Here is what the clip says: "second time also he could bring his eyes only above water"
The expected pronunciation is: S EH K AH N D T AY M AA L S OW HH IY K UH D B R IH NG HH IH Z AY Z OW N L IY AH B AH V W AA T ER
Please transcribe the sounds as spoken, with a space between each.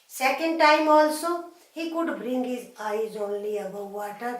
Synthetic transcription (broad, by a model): S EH K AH N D T AY M AA L S OW HH IY K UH D B R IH NG HH IH Z AY Z OW N L IY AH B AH W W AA T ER